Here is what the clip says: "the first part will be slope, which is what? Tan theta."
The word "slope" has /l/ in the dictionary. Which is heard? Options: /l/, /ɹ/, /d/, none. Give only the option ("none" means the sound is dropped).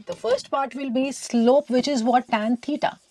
/l/